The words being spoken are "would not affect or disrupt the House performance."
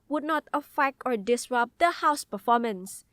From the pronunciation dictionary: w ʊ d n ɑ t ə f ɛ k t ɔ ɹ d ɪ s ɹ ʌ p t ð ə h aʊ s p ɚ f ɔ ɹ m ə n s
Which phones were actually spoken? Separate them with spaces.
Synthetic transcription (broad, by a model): w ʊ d n ɑ t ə f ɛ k ɔ ɹ d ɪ s ɹ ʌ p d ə h aʊ s p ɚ f ɔ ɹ m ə n s